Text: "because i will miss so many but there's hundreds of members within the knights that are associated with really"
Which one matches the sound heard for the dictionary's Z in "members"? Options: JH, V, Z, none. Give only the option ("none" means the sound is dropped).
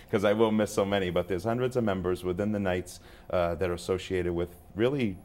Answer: Z